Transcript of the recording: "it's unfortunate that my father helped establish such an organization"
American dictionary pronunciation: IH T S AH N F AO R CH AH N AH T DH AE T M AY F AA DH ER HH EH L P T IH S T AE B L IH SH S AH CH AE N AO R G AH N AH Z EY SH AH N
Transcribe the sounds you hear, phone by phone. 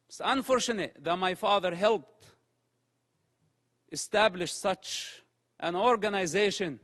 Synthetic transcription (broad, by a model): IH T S AH N F AO R CH AH N AH T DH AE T M AY F AA DH ER HH EH L P T IH S T AE B L IH SH S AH CH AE N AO R G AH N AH Z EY SH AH N